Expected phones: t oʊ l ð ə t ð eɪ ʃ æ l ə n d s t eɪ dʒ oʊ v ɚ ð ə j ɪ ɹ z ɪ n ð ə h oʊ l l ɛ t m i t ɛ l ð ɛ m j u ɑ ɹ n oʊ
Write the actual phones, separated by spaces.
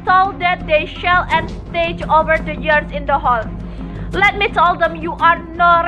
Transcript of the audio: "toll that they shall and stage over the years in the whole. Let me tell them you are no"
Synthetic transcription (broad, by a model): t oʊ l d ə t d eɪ ʃ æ l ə n s t eɪ dʒ oʊ v ɚ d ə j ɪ ɹ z ɪ n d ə h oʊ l l ɛ t m i t ɛ l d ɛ m j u ɑ ɹ n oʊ